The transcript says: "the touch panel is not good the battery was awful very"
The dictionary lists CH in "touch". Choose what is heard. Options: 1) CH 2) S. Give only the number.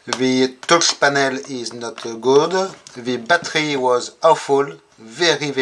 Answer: 2